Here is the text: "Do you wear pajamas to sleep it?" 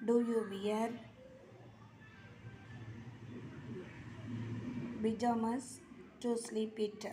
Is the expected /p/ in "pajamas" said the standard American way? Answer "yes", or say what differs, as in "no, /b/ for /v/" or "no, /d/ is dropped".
no, /b/ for /p/